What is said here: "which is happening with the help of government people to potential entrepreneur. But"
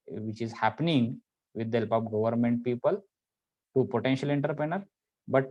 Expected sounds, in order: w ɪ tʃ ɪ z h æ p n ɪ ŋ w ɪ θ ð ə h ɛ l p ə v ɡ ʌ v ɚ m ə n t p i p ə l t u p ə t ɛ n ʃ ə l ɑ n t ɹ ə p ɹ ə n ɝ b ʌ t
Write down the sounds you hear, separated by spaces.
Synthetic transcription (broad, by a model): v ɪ tʃ ɪ z h æ p n ɪ ŋ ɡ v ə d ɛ l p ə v ɡ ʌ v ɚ m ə n t p i p ə l t u p ə t ɛ n ʃ ə l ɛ n t ɹ p ɹ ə n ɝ b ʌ t